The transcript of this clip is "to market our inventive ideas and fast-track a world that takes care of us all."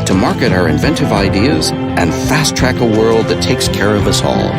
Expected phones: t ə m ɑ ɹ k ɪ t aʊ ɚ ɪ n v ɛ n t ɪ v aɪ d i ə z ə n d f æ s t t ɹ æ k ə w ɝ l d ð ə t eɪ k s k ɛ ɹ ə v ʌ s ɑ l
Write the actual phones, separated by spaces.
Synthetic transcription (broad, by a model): t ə m ɑ ɹ k ɪ t aʊ ɚ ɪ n v ɛ n t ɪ v aɪ d i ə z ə n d f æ s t t ɹ æ k ə w ɝ l d ð ə t eɪ k s k ɛ ɹ ə v ʌ s ɑ l